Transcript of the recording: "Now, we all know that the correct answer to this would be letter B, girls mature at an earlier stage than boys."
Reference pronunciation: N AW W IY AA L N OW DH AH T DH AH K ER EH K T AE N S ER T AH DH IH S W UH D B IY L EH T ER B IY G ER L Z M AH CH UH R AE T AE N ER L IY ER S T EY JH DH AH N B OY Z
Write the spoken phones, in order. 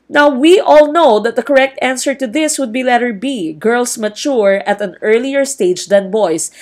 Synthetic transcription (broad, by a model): N AW W IY AA L N OW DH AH T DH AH K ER EH K T AE N S ER T AH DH IH S W UH D B IY L EH T ER B IY G ER L S M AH CH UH R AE T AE N ER L IY ER S T EY JH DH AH N B OY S